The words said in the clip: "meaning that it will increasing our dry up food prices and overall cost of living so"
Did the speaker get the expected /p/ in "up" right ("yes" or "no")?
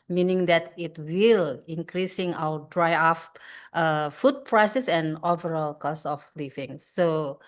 no